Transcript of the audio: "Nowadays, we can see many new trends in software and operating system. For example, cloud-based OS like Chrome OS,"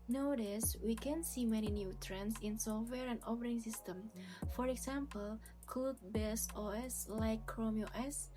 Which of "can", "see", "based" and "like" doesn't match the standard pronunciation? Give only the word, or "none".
based